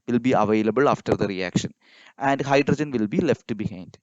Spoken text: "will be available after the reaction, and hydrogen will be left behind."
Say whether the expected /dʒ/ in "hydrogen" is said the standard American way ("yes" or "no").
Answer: yes